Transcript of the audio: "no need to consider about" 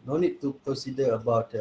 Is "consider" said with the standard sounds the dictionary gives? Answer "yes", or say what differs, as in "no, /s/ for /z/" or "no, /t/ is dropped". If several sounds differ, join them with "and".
no, /n/ is dropped